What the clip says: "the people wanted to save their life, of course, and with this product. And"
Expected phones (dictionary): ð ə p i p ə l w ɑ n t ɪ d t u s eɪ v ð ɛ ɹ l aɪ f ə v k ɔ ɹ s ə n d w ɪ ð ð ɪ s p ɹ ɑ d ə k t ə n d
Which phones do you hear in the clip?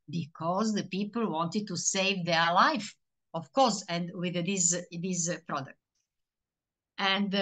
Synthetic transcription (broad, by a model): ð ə p i p ə l w ɑ n t ɪ d t u s eɪ v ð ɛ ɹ l aɪ f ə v k ɔ ɹ s ə n d w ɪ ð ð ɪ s p ɹ ɑ d ə k t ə n d